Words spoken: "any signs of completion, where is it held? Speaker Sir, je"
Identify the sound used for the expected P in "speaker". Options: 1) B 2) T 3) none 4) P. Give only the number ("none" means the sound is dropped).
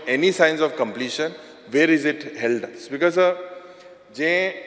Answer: 1